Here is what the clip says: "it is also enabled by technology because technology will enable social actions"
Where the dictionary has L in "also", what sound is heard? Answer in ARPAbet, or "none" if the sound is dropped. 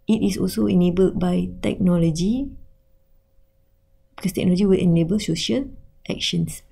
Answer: L